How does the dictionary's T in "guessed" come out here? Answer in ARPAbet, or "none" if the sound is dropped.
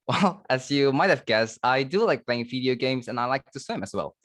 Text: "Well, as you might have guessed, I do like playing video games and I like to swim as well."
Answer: T